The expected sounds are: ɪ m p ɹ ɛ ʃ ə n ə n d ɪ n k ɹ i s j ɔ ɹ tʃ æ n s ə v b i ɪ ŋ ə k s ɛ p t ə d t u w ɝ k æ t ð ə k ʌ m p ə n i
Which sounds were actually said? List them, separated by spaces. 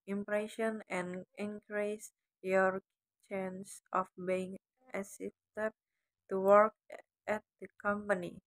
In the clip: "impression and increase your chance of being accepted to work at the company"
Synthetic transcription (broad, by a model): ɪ m p ɹ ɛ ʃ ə n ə n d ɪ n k ɹ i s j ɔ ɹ tʃ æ n s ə f b i ɪ ŋ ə s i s t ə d t u w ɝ k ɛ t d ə k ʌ m p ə n i